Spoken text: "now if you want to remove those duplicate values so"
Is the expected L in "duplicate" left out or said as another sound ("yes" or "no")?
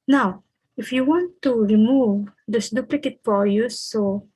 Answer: no